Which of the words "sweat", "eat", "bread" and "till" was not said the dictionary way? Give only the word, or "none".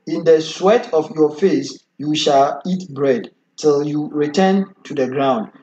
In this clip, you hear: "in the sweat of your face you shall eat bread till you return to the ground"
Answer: none